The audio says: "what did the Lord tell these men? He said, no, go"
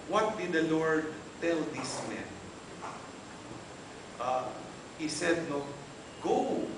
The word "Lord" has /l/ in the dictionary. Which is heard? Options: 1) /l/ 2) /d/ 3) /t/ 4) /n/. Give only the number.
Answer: 1